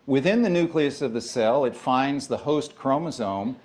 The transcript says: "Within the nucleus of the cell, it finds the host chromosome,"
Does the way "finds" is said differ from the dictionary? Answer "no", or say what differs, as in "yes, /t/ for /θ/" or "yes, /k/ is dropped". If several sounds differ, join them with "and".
no